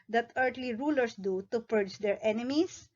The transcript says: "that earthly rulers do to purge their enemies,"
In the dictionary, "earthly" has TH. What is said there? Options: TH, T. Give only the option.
T